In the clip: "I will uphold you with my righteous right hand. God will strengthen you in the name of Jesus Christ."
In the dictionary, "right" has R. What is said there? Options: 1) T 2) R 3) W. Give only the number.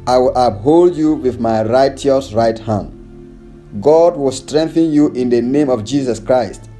2